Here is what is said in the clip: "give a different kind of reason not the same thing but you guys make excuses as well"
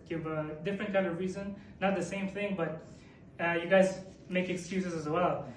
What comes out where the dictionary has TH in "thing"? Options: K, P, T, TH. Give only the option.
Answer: TH